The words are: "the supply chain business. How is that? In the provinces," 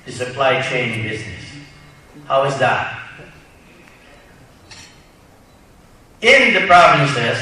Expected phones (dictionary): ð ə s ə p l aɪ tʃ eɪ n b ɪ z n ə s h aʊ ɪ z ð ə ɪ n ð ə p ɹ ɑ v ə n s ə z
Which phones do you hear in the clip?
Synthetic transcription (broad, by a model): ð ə s ə p l aɪ tʃ eɪ n b ɪ z n ə s h aʊ ɪ z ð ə ɪ n ð ə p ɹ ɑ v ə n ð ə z